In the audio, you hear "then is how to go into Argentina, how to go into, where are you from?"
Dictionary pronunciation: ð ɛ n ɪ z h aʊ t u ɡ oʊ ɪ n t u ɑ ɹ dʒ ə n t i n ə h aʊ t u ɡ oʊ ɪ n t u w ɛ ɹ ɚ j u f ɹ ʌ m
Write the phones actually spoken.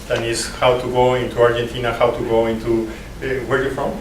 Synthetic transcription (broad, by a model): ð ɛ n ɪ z h aʊ t u ɡ oʊ ɪ n t u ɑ ɹ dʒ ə n t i n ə h aʊ t u ɡ oʊ ɪ n t u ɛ w ɚ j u f ɹ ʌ m